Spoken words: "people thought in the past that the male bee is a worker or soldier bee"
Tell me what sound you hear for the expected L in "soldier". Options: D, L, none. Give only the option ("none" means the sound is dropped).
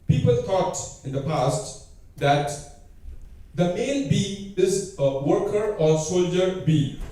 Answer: L